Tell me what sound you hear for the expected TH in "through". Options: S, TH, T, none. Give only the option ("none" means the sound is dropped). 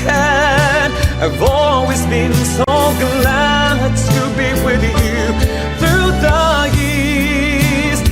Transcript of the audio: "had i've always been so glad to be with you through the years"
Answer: TH